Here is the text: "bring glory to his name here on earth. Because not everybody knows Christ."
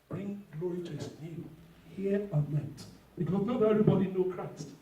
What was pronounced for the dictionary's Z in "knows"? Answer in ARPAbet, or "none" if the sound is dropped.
none